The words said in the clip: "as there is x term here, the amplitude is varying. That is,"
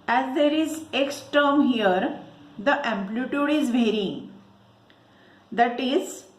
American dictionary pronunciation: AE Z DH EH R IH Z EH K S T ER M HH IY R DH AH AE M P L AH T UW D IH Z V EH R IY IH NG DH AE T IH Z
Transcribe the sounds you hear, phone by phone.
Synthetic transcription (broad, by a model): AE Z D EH R IH Z EH K S T ER M HH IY R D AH AE M P L AH T UW D IH Z V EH R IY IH NG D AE T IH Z